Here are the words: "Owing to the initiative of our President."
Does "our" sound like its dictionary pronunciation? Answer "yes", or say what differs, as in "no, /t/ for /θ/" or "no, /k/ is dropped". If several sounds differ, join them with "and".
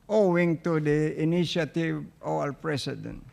no, /l/ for /ɹ/